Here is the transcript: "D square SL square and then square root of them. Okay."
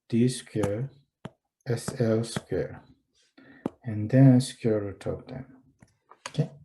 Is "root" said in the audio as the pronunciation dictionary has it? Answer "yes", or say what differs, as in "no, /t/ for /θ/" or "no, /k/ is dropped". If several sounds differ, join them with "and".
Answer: no, /w/ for /ɹ/